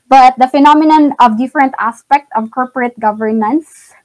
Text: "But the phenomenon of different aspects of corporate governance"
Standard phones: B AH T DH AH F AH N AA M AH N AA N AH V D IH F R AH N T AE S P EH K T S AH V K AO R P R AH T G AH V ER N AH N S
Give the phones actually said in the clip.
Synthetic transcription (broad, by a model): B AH T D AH F AH N AA M AH N AA N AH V D IH F R AH N T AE S P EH K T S AH V K AO R P R AH T G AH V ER N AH N S